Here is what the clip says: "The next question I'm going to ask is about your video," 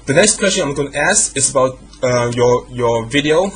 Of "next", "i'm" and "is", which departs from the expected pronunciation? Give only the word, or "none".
is